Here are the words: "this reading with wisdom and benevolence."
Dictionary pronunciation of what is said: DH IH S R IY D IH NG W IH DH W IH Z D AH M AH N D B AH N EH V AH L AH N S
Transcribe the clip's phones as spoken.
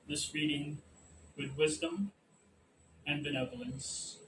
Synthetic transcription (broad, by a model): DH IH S R IY D IH NG W IH DH W IH Z D AH M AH N B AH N EH V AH L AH N S